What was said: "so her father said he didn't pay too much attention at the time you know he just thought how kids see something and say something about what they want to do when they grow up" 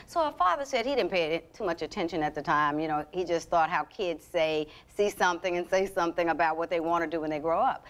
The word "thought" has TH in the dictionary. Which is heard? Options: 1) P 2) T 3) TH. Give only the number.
3